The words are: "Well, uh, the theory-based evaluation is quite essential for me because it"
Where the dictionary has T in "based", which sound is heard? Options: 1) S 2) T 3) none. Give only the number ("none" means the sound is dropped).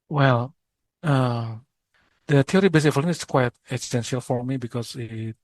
3